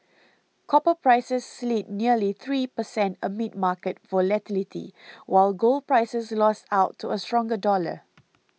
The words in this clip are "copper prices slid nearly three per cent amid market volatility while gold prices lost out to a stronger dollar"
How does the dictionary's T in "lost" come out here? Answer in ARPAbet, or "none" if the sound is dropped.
T